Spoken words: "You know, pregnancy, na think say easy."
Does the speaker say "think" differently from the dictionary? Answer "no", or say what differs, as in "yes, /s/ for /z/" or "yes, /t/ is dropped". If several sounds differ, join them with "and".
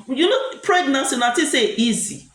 yes, /t/ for /θ/